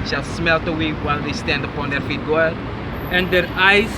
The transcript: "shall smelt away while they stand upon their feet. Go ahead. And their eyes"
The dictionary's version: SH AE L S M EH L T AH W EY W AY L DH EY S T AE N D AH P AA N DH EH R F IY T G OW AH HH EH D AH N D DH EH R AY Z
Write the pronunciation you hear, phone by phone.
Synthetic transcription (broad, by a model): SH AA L S M EH L T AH W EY W AY L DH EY S T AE N D AH P AA N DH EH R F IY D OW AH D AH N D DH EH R AY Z